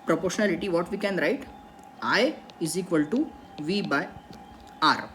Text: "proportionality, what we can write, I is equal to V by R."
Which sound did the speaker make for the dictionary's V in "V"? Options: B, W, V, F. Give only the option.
V